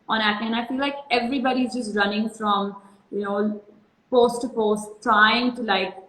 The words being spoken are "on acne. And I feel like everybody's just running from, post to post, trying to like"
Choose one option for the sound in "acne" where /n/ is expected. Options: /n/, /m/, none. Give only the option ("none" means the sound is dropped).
none